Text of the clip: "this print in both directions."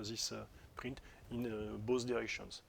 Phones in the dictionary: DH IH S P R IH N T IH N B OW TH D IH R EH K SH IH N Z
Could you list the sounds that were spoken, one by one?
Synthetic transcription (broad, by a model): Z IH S P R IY N T IH N B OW S D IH R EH K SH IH N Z